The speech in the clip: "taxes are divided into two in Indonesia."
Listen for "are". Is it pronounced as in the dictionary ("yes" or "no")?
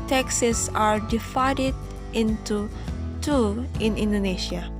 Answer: yes